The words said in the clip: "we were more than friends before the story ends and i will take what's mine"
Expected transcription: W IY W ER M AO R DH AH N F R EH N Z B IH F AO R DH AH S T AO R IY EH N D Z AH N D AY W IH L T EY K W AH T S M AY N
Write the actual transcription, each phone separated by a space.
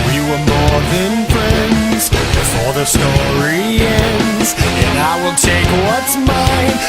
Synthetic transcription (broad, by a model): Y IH W ER M AO R DH AH N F R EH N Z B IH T AO L DH AH S T AO R IY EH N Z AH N AY W IH L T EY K W AH T S M AY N